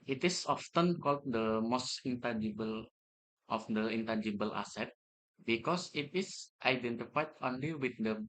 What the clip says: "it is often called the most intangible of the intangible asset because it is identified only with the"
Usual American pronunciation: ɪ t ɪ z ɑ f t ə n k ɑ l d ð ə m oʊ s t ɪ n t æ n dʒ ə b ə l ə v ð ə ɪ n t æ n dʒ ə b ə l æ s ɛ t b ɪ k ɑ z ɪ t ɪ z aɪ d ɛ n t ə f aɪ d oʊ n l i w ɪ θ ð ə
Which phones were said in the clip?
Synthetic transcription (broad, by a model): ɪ t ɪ s ɑ f t ə n k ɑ l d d ə m oʊ s t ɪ n t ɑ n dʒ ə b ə l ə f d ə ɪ n t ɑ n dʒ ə b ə l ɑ s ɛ t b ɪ k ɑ s ɪ t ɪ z aɪ d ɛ n t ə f aɪ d oʊ n l i w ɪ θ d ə